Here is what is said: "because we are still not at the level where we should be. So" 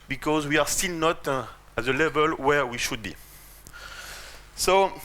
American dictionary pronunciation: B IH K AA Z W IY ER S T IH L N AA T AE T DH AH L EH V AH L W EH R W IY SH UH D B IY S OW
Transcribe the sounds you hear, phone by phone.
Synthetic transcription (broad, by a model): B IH K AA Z W IY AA S T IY L N AA T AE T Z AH L EH V AH L W EH R W IY SH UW D B IY S OW